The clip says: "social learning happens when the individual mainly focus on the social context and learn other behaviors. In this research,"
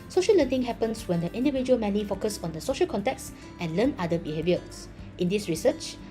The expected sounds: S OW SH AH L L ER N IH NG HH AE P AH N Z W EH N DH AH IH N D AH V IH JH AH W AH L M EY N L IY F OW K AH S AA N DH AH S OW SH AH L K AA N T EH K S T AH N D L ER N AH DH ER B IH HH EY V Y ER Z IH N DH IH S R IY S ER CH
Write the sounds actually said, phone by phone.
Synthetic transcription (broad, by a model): S OW SH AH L L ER N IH NG HH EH P AH N S W EH N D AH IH N D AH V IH JH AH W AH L M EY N IY F OW K AH S AA N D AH S OW SH AH L K AA N T EH K S T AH N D L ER N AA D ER B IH HH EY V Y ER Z IH N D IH S R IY S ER CH